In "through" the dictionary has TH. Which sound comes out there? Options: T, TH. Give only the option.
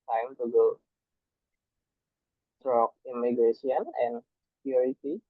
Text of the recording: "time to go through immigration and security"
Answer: T